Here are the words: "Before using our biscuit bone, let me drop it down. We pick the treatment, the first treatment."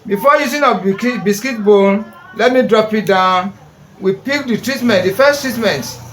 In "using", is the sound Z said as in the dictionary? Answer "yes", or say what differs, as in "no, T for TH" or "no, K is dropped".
no, S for Z